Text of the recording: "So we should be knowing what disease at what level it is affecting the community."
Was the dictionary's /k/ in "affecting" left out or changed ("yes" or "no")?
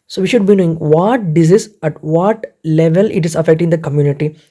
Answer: no